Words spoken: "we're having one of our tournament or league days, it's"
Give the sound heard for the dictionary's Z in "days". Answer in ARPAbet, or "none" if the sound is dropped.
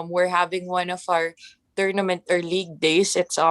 S